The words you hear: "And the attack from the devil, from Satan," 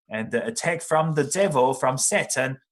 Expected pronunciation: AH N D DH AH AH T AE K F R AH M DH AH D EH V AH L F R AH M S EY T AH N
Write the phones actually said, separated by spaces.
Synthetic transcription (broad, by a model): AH N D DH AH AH T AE K F R AH M DH AH D EH V AH L F R AH M S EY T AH N